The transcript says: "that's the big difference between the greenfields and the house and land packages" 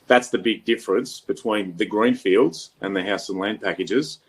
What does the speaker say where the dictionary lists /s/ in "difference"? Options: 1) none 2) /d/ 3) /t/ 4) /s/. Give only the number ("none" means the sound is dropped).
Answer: 4